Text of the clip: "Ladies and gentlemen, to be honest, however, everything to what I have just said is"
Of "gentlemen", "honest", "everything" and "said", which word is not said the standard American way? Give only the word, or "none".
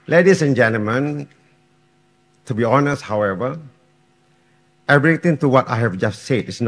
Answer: everything